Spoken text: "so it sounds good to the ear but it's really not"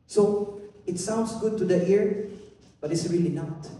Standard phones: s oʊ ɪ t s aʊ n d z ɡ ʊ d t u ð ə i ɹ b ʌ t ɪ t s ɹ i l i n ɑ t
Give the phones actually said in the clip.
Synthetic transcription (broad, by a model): s oʊ ɪ t s aʊ n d s ɡ ʊ d t u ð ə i ɹ b ʌ t ɪ t s ɹ i l i n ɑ t